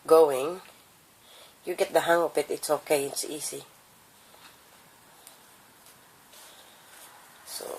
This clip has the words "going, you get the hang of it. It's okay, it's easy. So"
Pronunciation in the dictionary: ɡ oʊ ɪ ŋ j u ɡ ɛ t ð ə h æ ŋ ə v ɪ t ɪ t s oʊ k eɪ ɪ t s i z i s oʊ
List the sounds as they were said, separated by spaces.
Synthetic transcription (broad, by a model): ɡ oʊ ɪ ŋ j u ɡ ɛ t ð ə h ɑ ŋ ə p ɪ t ɪ t s oʊ k eɪ ɪ t s i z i s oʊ